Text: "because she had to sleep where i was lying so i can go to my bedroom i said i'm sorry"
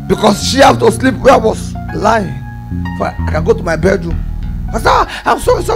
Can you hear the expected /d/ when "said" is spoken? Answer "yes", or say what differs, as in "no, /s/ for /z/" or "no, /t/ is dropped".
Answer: no, /d/ is dropped